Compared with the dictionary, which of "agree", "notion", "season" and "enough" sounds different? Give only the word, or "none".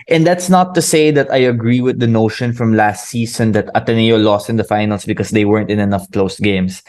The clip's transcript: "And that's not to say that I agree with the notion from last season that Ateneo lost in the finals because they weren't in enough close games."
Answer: season